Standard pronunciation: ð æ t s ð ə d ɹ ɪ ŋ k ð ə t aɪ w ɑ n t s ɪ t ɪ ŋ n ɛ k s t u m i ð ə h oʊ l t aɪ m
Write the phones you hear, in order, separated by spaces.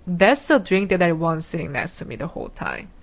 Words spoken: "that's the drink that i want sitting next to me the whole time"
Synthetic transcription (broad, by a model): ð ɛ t s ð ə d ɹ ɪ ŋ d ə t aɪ w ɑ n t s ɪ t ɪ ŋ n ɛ s t u m i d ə h oʊ l t aɪ m